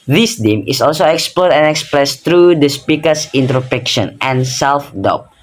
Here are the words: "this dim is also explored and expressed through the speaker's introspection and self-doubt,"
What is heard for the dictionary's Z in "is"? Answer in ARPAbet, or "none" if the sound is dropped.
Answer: S